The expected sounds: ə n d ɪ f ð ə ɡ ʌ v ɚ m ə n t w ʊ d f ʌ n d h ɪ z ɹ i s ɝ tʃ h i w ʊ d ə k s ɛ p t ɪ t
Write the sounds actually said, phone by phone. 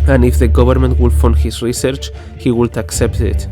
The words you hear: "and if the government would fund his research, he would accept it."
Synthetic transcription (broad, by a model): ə n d ɪ f ð ə ɡ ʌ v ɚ m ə n t w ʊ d f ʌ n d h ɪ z ɹ i s ɝ tʃ h i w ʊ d ə k s ɛ p t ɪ t